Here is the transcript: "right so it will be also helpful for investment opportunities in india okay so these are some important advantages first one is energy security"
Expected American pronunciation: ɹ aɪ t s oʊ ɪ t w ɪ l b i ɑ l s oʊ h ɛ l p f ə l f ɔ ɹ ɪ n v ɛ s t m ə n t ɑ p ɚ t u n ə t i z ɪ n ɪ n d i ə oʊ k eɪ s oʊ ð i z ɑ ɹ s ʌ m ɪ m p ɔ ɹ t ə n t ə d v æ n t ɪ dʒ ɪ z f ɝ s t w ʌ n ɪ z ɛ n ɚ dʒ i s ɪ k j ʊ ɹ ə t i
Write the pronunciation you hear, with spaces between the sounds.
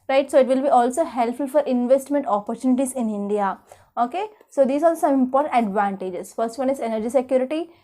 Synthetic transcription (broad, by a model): ɹ aɪ t s oʊ ɪ t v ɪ l b i ɑ l s oʊ h ɛ l p f ə l f ɔ ɹ ɪ n v ɛ s t m ə n t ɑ p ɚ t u n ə t i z ɪ n ɪ n d i ə oʊ k eɪ s oʊ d i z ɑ l s ʌ m ɪ m p ɔ ɹ t ə n t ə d v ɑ n t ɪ dʒ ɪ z f ɝ s t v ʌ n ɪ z ɛ n ɚ dʒ i s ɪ k j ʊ ɹ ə t i